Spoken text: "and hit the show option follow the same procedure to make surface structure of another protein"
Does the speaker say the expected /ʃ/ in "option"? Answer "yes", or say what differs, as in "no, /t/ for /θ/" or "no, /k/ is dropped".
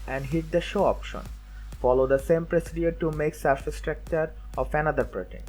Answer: yes